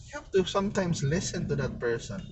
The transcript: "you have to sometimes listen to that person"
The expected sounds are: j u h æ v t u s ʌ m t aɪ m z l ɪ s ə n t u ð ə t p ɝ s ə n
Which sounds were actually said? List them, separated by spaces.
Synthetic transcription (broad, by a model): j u h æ f t u s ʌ m t aɪ m s l ɪ s ə n t u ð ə t p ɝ s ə n